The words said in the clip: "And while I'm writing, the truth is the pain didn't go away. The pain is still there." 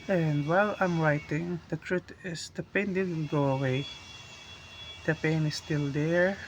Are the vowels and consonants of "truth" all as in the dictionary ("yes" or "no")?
no